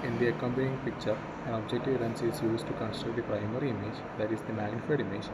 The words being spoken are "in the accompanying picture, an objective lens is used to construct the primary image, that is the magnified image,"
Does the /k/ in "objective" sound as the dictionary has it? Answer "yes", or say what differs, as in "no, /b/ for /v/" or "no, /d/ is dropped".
yes